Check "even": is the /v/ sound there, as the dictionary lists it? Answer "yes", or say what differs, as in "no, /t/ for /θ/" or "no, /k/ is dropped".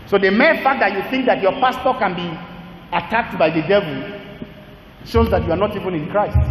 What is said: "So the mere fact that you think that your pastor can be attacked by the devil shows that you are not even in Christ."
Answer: yes